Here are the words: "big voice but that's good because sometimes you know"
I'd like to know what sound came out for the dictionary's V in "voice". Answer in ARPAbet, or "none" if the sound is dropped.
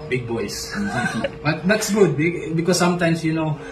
B